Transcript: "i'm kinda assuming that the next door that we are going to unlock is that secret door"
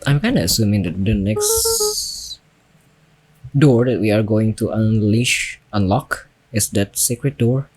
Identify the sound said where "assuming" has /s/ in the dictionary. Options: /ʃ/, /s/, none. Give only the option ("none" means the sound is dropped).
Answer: /s/